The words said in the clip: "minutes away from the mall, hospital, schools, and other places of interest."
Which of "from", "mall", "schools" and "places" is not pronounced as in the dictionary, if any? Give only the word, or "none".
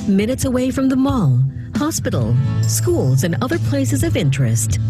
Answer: none